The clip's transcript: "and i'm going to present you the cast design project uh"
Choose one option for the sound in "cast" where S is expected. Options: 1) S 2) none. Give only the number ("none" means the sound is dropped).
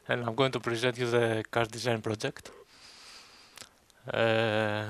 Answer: 2